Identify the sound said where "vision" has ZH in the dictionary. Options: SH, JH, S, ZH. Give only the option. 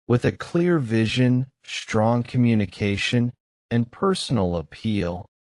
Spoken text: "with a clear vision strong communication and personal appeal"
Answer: ZH